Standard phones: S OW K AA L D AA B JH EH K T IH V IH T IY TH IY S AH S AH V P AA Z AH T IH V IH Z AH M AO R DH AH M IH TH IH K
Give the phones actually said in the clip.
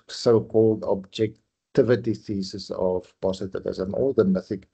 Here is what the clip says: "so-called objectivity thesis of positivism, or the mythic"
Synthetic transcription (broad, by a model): S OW K AA L D AA B JH EH K T IH V IH T IY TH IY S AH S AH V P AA S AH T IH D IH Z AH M AO L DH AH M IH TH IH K